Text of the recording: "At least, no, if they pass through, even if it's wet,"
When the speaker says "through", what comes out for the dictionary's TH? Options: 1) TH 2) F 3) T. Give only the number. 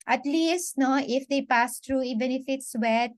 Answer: 3